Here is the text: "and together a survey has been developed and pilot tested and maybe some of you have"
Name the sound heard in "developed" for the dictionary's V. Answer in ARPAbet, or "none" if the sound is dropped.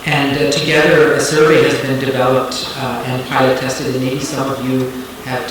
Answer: V